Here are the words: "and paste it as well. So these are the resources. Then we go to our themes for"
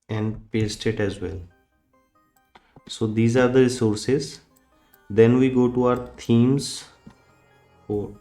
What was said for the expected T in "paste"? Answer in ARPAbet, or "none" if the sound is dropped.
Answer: T